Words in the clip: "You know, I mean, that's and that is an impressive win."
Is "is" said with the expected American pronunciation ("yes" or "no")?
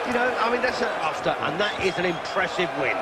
yes